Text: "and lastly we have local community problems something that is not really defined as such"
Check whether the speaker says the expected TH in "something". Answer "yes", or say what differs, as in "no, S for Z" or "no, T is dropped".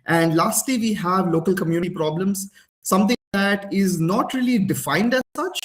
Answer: no, T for TH